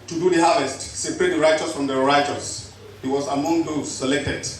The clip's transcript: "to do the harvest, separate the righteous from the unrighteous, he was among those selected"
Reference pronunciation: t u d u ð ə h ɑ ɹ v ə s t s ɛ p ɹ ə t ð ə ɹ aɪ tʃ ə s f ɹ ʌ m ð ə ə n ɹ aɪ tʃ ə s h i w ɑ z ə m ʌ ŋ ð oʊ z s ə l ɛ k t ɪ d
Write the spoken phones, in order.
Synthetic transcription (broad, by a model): t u d u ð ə h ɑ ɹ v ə s t s ɛ p ɹ ə t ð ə ɹ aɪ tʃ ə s f ɹ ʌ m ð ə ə ɹ aɪ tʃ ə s h i w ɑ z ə m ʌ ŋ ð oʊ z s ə l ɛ k t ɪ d